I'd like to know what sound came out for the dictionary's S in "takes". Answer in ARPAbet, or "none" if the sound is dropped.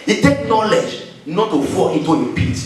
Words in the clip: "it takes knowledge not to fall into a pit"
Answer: none